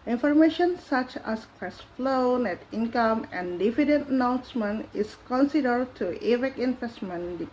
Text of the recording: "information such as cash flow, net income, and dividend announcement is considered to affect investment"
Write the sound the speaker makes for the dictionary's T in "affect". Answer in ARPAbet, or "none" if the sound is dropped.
none